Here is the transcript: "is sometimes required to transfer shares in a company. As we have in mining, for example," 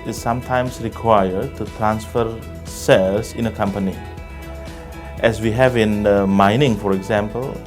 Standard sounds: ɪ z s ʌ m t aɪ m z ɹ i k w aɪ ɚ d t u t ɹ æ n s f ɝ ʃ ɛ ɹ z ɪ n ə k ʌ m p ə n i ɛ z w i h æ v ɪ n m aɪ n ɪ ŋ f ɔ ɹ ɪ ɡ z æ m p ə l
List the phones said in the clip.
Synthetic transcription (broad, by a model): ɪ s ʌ m t aɪ m s ɹ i k w aɪ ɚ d t u t ɹ æ n s f ɝ s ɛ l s ɪ n ə k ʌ m p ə n i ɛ s w i h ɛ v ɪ n m aɪ n ɪ ŋ f ɔ ɹ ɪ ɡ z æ m p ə l